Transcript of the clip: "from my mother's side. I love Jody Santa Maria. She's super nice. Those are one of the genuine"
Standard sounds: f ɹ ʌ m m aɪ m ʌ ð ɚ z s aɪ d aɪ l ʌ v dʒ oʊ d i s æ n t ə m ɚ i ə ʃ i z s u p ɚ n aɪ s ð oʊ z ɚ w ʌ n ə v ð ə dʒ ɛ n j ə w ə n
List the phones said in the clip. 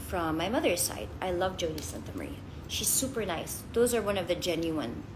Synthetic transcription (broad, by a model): f ɹ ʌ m m aɪ m ʌ ð ɚ z s aɪ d aɪ l ʌ v dʒ oʊ d i s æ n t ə m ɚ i ʃ i z s u p ɚ n aɪ s ð oʊ z ɚ w ʌ n ə v ð ə dʒ ɛ n j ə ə n